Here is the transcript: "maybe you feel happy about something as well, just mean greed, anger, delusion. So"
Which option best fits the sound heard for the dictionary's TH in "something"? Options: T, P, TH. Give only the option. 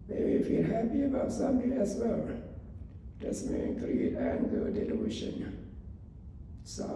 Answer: T